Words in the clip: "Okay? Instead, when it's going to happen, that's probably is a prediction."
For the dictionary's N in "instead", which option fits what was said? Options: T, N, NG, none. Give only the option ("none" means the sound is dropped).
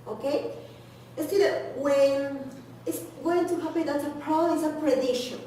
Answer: none